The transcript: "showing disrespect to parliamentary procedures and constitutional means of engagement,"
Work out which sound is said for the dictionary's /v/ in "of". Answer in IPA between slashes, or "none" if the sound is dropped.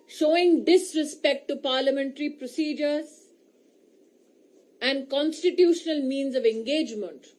/v/